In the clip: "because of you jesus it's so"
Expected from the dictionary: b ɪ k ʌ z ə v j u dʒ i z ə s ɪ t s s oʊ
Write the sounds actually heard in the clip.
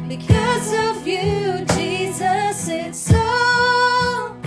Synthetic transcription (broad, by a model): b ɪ k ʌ z ə v j u dʒ i z ə s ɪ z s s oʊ